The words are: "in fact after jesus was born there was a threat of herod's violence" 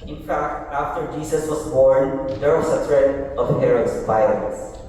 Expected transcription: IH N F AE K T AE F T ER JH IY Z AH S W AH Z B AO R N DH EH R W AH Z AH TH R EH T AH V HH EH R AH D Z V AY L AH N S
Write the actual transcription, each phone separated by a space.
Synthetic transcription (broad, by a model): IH N F AE K T AE F T ER JH IY S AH S W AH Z B AO R N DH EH R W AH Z AH T R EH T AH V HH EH R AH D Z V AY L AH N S